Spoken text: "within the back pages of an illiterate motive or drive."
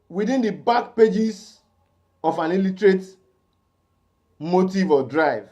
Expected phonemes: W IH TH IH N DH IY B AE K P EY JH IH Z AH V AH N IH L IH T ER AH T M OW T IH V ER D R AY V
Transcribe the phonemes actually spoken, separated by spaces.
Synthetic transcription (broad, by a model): W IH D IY N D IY B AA K P EY JH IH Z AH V AH N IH L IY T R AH T M OW T IH V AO D R AY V